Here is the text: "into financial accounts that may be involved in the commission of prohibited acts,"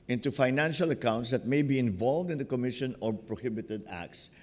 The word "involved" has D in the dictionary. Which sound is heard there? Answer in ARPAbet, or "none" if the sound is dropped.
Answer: D